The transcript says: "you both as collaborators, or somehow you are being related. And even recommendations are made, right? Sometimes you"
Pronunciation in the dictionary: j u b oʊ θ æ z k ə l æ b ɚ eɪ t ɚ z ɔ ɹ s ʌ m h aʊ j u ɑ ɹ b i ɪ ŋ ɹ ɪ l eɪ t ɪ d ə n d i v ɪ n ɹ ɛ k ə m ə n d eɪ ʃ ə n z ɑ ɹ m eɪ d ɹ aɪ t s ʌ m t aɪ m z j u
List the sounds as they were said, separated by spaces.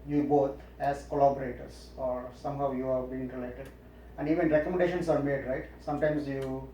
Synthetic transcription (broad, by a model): j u b oʊ t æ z k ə l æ b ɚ eɪ t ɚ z ɔ ɹ s ʌ m h aʊ j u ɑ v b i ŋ ɹ ɪ l eɪ t ɪ d ə n d i v ɪ n ɹ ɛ k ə m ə n d eɪ ʃ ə n s ɑ ɹ m eɪ d ɹ aɪ t s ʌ m t aɪ m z j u